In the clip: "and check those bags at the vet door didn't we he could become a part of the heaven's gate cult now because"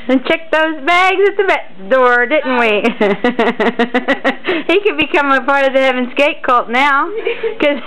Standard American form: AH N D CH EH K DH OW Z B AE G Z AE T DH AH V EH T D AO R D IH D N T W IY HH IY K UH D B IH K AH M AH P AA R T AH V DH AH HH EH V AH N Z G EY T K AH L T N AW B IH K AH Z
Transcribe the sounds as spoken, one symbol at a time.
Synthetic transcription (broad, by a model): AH N CH EH K DH OW Z B AE G Z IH T DH AH B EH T D AO R D IH D N T W IY HH IY K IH D B IH K AH M AH P AA R T AH V DH AH HH EH V AH N Z G EY T K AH L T N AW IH K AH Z